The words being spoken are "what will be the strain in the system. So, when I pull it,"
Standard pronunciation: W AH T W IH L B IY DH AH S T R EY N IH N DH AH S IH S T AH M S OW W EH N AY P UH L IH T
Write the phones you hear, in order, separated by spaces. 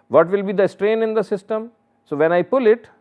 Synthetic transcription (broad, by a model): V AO T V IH L B IY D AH S T R EY N IH N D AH S IH S T AH M S OW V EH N AY P UH L IH T